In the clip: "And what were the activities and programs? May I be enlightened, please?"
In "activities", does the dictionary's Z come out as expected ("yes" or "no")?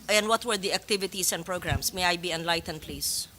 no